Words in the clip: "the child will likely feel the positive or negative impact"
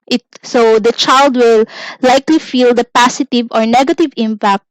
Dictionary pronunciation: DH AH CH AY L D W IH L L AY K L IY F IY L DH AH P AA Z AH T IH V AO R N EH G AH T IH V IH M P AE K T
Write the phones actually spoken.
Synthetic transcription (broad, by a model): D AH CH AY L D W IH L L AY K L IY F IY L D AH P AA S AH T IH V AO R N EH G AH T IH V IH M P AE K T